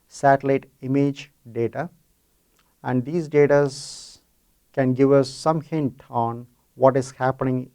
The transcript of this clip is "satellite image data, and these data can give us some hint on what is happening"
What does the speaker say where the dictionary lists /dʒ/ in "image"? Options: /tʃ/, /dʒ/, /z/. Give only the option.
/dʒ/